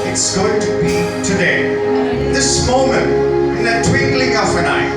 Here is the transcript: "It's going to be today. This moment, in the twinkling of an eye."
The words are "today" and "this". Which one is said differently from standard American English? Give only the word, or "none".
none